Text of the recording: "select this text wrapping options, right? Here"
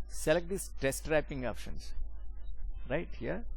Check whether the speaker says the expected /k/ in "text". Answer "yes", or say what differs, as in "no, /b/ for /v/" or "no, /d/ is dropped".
no, /k/ is dropped